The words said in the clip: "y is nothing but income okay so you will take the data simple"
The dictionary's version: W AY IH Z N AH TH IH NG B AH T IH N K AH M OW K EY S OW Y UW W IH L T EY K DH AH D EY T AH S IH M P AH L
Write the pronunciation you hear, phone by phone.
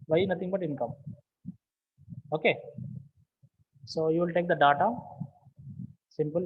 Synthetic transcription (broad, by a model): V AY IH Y N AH T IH NG B AH T IH N K AH M OW K EY S OW Y UW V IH L T EY K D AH D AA T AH S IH M P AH L